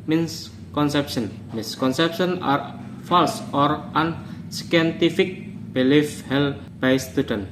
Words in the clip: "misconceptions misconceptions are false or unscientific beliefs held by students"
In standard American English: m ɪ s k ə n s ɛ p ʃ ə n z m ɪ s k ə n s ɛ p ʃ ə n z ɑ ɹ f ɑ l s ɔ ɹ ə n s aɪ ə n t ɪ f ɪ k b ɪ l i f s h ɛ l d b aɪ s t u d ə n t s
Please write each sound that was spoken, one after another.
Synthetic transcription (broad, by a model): m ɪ s k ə n s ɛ p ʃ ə n m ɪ s k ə n s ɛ p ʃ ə n ɑ ɹ f ɑ l s ɔ ɹ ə n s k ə n t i f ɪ k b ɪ l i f h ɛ l b aɪ s t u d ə n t